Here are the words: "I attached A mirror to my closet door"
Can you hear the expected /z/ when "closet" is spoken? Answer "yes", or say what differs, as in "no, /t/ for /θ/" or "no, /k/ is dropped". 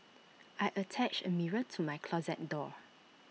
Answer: yes